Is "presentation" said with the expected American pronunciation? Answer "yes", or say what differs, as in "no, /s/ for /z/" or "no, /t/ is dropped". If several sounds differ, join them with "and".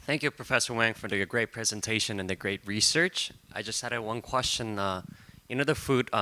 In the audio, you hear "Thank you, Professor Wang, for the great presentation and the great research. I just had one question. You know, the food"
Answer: yes